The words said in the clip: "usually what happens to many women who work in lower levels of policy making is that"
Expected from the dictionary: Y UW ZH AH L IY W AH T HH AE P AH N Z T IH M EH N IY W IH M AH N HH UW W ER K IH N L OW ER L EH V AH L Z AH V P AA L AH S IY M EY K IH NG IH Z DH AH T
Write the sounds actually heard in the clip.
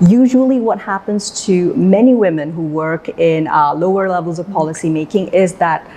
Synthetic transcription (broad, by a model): Y UW ZH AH L IY W AH T HH AE P AH N Z T IH M EH N IY W IH M AH N HH UW W ER K IH N L OW ER L EH V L Z AH V P AA L AH S IY M EY K IH NG IH Z DH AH T